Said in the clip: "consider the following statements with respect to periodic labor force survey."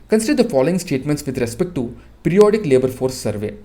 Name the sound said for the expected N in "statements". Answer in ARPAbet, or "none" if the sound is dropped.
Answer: N